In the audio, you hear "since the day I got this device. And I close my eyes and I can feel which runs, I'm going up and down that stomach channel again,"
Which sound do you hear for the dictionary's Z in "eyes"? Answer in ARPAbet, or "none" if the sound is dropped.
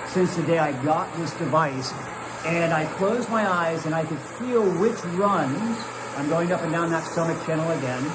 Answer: Z